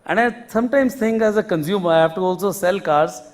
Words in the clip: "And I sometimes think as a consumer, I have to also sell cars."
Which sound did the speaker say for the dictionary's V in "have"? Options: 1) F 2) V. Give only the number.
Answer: 1